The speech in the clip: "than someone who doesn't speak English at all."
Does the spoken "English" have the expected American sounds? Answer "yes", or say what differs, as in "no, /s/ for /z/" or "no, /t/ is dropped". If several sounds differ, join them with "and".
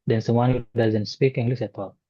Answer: no, /s/ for /ʃ/